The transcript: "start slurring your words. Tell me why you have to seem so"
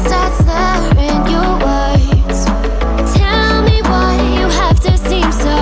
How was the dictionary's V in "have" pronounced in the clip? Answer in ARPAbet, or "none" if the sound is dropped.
F